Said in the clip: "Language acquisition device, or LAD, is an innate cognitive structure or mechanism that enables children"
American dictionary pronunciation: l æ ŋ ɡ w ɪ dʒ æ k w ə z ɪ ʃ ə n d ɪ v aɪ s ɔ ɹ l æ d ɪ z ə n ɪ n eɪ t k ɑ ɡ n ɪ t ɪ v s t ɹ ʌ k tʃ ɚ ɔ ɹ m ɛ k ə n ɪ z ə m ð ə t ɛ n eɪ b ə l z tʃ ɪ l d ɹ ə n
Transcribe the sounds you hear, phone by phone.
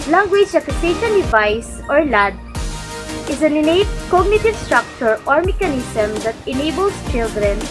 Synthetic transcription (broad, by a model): l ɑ ŋ ɡ w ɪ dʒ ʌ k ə s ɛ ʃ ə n d ɪ v aɪ s ɔ ɹ l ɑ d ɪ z ə n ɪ n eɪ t k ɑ ɡ n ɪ t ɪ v s t ɹ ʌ k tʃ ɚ ɔ ɹ m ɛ k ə n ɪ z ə m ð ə t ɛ n eɪ b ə l s tʃ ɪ l d ɹ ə n